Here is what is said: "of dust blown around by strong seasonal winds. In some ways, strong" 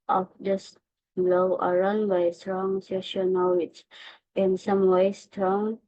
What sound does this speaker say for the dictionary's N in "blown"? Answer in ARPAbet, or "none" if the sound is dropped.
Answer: none